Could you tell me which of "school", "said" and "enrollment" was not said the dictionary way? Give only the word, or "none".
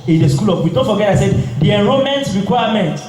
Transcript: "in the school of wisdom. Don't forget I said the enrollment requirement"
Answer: enrollment